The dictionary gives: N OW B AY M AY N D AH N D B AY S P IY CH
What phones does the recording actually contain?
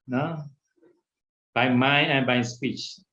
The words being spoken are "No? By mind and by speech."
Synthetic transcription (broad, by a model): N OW B AY M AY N AH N B AY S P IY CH